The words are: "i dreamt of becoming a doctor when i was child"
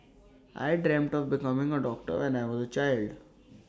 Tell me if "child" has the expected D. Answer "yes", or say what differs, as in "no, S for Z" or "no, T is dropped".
yes